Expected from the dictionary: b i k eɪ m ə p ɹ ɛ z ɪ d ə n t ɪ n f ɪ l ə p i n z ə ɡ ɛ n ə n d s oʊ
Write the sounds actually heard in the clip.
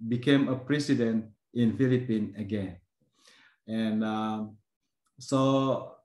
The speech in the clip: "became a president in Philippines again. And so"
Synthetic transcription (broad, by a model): b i k eɪ m ə p ɹ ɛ s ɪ d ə n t ɪ n f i l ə p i n ə ɡ ɛ n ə n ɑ s oʊ